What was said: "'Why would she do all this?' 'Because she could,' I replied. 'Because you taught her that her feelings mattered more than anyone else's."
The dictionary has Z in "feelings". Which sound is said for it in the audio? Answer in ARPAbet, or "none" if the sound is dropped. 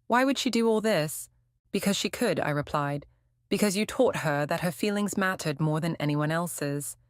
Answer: Z